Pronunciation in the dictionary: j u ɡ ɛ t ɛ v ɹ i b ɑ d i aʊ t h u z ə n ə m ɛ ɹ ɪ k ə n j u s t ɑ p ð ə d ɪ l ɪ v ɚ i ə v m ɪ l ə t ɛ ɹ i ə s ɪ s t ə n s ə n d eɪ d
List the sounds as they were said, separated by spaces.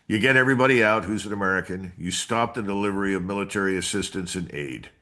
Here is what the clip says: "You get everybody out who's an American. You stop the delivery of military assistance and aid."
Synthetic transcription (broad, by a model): j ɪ ɡ ɛ t ɛ v ɹ i b ɑ d i aʊ t h u z ə n ə m ɛ ɹ ɪ k ə n j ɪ s t ɑ p ð ə d ɪ l ɪ v ɚ i ə v m ɪ l ə t ɛ ɹ i ə s ɪ s t ə n s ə n eɪ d